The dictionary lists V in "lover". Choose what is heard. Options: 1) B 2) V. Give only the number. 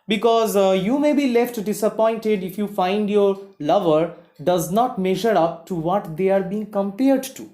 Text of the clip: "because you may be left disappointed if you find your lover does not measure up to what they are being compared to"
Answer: 2